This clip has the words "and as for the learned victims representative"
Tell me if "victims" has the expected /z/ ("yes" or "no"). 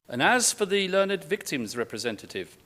yes